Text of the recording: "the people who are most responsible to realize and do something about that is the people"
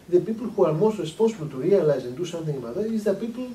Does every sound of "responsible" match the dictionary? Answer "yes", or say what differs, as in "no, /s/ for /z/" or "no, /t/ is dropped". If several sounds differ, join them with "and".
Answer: no, /n/ is dropped